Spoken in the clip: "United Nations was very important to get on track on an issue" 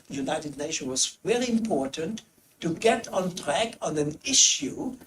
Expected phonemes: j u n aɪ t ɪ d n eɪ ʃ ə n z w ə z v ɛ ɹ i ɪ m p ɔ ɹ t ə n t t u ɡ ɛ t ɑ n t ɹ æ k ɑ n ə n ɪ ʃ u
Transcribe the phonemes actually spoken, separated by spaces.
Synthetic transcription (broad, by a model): j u n aɪ t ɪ d n eɪ ʃ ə n w ə z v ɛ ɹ i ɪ m p ɔ ɹ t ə n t t u ɡ ɛ t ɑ n t ɹ æ k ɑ n ə n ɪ ʃ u